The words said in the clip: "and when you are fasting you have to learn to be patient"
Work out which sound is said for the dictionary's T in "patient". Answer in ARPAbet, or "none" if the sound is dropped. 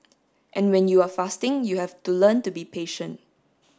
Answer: T